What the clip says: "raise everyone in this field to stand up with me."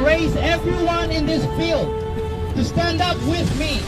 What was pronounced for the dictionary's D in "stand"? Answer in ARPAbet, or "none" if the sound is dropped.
D